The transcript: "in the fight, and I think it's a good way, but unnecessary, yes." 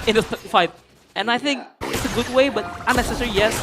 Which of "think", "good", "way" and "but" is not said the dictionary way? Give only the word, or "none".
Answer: none